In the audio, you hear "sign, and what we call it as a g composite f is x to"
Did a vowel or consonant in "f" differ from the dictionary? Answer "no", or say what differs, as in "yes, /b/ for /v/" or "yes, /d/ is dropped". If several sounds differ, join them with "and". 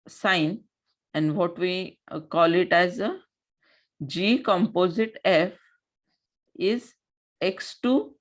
no